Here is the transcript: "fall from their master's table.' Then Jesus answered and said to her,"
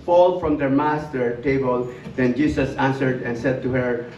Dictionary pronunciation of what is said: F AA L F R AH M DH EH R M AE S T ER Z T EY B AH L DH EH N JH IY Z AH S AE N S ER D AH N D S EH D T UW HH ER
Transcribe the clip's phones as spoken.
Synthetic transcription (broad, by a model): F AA L F R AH M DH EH R M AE S T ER T EY B AH L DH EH N JH IY S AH S AE N S ER D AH N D S EH D T UW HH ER